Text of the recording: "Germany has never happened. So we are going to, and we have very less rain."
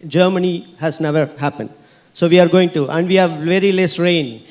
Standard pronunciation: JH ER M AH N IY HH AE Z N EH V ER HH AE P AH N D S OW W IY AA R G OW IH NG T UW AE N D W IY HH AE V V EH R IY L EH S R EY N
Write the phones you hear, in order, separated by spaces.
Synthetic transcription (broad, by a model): JH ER M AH N IY HH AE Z N EH V ER HH AE P AH N D S OW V IY AA R G OW IH NG T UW AE N D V IY HH AE V V EH R IY L EH S R EY N